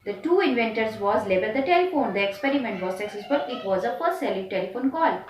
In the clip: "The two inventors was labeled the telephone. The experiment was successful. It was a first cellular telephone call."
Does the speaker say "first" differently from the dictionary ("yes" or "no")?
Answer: yes